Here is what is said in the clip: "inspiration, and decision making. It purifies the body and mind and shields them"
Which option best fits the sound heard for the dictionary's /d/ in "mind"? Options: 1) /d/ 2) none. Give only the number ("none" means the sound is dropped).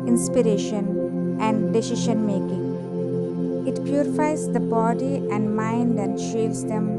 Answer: 1